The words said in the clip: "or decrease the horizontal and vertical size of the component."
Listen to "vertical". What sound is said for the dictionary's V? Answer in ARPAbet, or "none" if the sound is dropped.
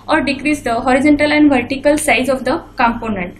V